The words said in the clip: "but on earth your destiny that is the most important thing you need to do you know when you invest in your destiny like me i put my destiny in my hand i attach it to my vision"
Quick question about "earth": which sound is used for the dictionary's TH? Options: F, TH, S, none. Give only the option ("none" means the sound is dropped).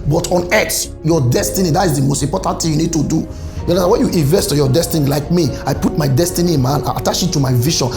S